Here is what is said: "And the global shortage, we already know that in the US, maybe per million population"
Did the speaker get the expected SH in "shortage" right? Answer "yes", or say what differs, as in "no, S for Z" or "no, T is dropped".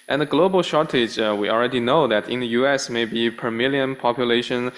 yes